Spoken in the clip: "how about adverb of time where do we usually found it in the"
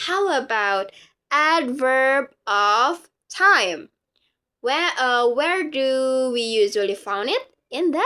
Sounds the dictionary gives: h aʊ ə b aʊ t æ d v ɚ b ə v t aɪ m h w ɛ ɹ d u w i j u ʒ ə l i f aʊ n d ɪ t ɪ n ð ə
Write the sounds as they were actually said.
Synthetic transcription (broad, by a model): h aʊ ə b aʊ t æ d v ɚ b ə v t aɪ m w w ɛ ɹ d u w i j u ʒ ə l i f aʊ n d ɪ t ɪ n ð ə